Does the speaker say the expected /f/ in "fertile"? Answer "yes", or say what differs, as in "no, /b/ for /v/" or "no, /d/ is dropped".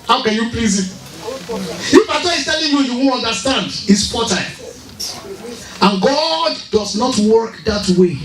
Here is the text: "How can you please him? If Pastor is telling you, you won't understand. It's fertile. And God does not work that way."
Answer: no, /p/ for /f/